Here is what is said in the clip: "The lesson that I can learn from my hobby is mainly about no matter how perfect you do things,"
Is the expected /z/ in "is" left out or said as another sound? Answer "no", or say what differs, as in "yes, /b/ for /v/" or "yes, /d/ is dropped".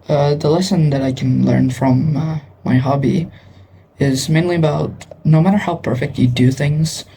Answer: no